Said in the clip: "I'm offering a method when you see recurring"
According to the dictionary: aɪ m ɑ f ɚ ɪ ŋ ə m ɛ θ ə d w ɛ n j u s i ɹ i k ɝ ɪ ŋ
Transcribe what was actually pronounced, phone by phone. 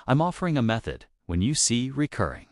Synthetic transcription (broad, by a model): aɪ m ɑ f ɚ ɪ ŋ ə m ɛ θ ə d w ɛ n j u s i ɹ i k ɝ ɪ ŋ